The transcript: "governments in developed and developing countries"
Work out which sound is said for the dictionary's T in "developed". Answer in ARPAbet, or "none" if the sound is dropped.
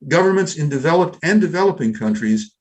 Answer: T